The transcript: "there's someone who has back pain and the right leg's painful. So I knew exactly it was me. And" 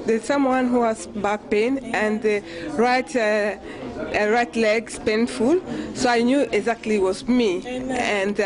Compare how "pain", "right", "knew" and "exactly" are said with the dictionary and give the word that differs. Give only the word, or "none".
none